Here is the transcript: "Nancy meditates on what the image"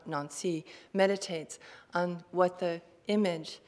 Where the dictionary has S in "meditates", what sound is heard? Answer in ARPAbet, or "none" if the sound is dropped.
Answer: S